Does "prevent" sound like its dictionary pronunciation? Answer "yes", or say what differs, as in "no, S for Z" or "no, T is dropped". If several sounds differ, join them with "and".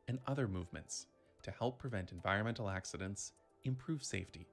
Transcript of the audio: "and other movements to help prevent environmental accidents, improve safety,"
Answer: yes